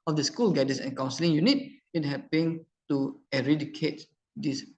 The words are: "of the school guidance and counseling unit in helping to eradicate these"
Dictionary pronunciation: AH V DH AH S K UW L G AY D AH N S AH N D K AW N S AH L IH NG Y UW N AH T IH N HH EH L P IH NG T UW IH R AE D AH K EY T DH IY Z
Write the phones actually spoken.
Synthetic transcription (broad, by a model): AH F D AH S K UW L G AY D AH S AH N K AW N S AH L IH NG Y UW N AH T IH N HH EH P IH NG T UW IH R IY D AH K EY T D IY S